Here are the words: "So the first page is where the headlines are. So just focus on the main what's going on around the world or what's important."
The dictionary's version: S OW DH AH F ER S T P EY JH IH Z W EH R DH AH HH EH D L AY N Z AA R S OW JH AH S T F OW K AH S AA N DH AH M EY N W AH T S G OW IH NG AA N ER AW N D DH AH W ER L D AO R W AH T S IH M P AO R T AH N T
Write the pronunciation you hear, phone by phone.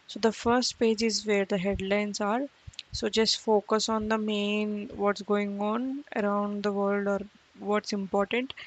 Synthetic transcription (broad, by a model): S OW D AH F ER S T P EY JH IH Z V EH R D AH HH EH D L AY N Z AA R S OW JH AH S T F OW K AH S AA N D AH M EY N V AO T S G OW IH NG AA N ER AW N D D AH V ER L D AO R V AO T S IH M P AO R T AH N T